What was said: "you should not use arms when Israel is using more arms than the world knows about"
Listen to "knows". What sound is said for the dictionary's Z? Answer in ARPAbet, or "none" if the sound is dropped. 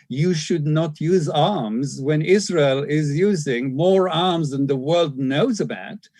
Z